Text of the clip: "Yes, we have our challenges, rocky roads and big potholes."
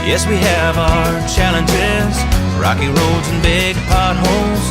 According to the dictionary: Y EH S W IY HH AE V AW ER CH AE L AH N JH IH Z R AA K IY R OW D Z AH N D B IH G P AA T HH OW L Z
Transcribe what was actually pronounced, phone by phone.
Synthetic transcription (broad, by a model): Y EH S W IY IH V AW ER CH AE L AH N JH IH Z R AA K IY R OW D Z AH N B IH G P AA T HH OW L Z